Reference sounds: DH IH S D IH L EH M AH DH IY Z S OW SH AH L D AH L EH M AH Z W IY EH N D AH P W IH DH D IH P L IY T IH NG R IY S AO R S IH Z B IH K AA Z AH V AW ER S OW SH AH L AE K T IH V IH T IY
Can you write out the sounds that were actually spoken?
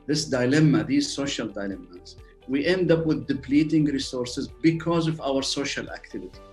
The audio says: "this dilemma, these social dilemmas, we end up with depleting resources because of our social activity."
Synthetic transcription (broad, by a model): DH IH S D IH L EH M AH DH IY Z S OW SH AH L D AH L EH M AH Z W IY EH N D AH P W IH DH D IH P L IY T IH NG R IY S AO R S IH Z B IH K AA Z AH V AW ER S OW SH AH L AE K T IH V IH T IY